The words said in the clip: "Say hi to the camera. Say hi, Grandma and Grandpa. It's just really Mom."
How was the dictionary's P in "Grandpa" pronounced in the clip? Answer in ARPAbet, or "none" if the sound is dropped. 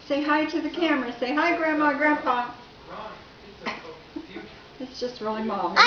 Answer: F